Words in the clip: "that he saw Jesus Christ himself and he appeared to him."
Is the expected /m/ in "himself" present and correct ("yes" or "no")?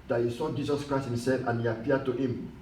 yes